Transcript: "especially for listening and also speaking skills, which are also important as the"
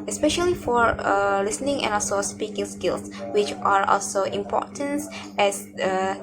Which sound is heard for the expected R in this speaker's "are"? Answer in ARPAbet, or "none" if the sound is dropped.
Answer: R